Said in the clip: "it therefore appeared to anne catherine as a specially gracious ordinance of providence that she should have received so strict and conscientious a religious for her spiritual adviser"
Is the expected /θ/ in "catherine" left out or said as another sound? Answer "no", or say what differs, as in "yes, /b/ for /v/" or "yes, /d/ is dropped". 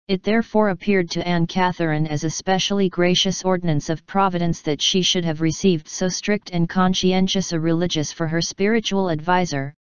no